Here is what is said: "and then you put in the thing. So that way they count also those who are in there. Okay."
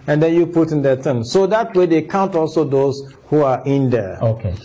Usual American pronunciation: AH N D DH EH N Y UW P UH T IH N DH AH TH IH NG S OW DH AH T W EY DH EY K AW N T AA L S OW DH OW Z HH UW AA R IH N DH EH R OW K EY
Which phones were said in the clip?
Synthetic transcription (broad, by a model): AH N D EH N Y UW P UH T IH N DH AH T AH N S OW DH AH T W EY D EY K AW N T AA L S OW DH OW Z HH UW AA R IH N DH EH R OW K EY